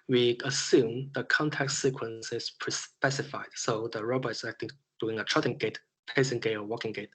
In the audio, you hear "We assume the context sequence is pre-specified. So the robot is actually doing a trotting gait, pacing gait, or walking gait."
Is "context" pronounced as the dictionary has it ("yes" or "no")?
no